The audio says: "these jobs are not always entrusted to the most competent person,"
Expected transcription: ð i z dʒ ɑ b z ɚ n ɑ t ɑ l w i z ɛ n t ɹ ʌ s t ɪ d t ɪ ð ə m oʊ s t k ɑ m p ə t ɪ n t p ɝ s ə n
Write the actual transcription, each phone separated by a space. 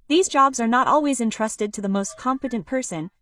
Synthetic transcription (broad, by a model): ð i z dʒ ɑ b z ɚ n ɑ t ɑ l w i z ɛ n t ɹ ʌ s t ɪ d t ɪ ð ə m oʊ s t k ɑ m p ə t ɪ n p ɝ s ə n